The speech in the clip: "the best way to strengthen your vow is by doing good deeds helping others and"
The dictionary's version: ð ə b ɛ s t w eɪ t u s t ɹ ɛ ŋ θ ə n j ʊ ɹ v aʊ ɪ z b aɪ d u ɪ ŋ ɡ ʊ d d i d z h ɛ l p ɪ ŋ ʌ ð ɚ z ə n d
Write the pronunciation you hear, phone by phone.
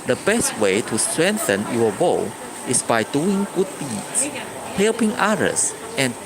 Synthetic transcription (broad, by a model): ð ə b ɛ s t w eɪ t u s t ɹ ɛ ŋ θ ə n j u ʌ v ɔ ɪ s b aɪ d u ɪ ŋ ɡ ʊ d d i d s h ɛ l p ɪ ŋ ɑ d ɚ s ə n